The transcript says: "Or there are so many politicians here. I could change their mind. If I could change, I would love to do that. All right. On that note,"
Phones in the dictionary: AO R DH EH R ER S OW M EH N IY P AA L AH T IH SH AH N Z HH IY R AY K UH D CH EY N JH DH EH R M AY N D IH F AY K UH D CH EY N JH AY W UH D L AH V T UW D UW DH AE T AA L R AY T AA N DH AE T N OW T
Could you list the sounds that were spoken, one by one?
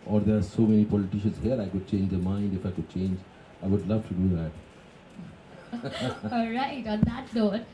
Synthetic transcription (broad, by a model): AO R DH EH R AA S OW M EH N IY P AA L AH T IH SH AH N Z HH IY R AY K UH D CH EY N JH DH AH M AY N D IH F AY K UH D CH EY N JH AY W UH D L AH V T UW D UW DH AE T AA L R AY T AA N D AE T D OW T